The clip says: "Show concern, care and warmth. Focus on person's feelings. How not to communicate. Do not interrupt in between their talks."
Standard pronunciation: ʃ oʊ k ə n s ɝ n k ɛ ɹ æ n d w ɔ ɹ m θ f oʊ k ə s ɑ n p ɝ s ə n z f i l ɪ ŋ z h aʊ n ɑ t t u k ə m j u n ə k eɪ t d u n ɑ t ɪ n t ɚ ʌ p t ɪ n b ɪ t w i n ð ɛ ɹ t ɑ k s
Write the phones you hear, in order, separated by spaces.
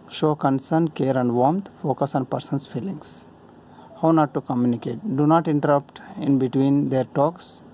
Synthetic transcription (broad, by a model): ʃ oʊ k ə n s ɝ n k ɛ ɹ æ n d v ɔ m t f oʊ k ə s ɑ n p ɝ s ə n s f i l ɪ ŋ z h aʊ n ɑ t t u k ə m j u n ə k eɪ t d u n ɑ t ɪ n t ɚ ʌ p t ɪ n b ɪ t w i n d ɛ ɹ t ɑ k s